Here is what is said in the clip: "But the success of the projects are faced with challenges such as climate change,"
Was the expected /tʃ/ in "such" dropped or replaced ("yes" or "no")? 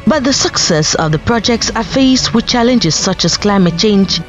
no